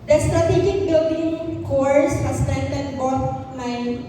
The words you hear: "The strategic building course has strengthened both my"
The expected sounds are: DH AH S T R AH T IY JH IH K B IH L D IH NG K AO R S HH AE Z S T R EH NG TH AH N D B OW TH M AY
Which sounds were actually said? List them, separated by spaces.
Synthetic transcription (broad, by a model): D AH S T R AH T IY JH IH K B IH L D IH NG K AO R S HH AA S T EH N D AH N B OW T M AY